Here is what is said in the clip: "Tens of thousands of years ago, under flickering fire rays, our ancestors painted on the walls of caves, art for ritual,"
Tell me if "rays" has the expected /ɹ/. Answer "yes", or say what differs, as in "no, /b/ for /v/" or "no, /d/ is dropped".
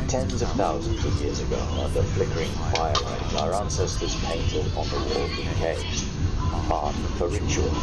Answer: no, /l/ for /ɹ/